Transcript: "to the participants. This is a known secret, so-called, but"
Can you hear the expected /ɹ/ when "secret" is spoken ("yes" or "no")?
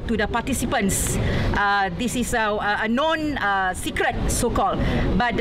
yes